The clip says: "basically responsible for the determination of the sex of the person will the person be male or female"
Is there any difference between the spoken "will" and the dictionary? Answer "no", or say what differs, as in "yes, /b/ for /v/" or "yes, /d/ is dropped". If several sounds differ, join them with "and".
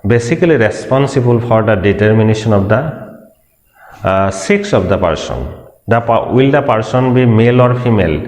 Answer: no